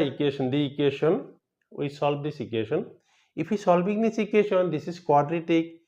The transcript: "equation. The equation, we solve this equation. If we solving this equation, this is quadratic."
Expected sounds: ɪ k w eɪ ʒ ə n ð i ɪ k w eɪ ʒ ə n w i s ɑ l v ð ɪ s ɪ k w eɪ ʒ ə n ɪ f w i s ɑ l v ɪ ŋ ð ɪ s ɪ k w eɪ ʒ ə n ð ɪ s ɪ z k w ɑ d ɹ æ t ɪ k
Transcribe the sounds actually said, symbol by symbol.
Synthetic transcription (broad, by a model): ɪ k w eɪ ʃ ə n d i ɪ k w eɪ ʃ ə n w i s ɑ l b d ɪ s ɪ k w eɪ ʃ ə n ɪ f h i s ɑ l b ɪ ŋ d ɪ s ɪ k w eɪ ʃ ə n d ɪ s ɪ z k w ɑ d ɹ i t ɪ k